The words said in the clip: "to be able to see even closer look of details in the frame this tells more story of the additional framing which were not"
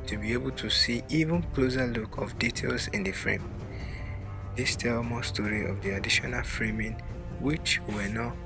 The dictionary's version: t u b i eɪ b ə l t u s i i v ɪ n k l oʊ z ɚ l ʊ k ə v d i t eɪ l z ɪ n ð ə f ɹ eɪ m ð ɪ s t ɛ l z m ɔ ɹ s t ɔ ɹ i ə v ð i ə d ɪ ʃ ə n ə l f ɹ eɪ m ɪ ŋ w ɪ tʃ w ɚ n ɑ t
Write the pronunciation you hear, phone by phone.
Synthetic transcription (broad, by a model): t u b i eɪ b ə l t u s i i v ɪ n k l oʊ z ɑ l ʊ k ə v d i t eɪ l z ɪ n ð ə f ɹ eɪ m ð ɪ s t ɛ l m ɔ s t ɔ ɹ i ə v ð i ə d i ʃ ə n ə l f ɹ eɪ m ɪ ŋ w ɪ tʃ w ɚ n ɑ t